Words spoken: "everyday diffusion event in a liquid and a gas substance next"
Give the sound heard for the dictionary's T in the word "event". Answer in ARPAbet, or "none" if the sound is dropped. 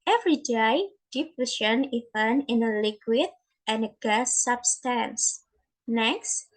none